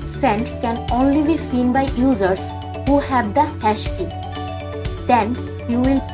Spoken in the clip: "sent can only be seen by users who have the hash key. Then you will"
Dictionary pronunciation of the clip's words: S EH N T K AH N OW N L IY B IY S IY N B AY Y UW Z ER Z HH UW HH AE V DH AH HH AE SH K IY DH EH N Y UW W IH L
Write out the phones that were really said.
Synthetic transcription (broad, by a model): S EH N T K AH N OW N L IY B IY S IY N B AY Y UW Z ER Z HH UW HH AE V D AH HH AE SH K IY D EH N Y UW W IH L